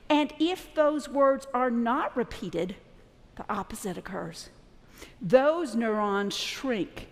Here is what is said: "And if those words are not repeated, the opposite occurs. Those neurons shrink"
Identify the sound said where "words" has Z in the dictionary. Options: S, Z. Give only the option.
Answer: Z